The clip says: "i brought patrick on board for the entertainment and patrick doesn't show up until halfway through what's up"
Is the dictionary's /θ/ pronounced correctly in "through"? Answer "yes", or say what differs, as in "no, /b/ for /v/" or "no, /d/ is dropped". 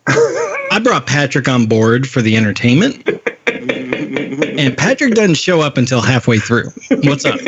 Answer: yes